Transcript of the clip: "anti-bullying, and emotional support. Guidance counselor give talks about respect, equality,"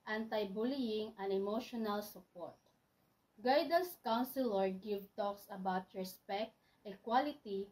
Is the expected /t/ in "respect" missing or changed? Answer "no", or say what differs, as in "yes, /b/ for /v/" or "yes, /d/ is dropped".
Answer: no